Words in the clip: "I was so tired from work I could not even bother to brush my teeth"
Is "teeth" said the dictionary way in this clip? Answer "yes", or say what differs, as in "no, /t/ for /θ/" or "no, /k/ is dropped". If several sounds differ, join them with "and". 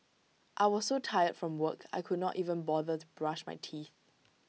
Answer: yes